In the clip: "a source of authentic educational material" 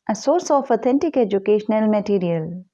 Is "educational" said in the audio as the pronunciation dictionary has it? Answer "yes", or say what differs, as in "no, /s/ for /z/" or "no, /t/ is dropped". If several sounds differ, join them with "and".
yes